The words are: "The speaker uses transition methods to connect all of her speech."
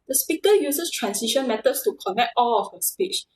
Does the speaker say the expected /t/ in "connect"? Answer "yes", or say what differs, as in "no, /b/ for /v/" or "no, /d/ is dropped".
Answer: yes